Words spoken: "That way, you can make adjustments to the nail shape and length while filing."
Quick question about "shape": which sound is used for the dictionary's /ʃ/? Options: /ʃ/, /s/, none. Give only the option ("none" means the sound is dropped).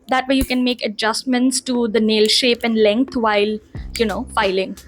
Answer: /ʃ/